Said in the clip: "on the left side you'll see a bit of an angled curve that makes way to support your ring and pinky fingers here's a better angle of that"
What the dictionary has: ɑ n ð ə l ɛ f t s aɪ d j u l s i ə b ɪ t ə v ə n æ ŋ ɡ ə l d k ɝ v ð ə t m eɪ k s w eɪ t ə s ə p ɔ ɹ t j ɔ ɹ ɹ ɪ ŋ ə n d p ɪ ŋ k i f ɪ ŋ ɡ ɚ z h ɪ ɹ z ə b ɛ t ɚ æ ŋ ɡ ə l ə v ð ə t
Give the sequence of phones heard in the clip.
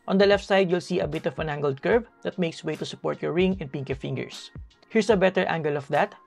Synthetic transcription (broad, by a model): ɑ n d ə l ɛ f t s aɪ d j u l s i ə b ɪ t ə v ə n æ ŋ ɡ ə l d k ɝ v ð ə t m eɪ k s w eɪ t ə s ə p ɔ ɹ t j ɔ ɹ ɹ ɪ ŋ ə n p ɪ ŋ k i f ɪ ŋ ɡ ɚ s h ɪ ɹ s ə b ɛ t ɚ æ ŋ ɡ ə l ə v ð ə t